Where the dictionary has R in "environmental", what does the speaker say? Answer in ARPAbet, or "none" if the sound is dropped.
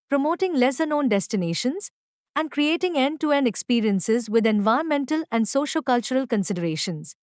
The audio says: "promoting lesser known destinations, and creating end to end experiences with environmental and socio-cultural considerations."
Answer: none